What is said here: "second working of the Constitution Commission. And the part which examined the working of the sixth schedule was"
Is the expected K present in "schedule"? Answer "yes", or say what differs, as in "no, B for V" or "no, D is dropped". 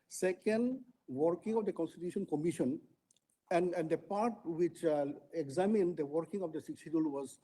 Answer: no, K is dropped